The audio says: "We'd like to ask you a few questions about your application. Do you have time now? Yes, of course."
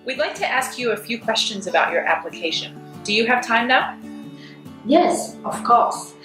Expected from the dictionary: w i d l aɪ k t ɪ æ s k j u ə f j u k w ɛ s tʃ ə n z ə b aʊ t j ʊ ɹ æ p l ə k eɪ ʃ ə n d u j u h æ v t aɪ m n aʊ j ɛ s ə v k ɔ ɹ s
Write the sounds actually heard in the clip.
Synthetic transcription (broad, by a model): w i d l aɪ k t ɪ æ s k j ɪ ə f j u k w ɛ s tʃ ə n z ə b aʊ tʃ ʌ ɹ æ p l ə k eɪ ʃ ə n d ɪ j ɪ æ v t aɪ m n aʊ j ɛ s ə v k ɔ ɹ s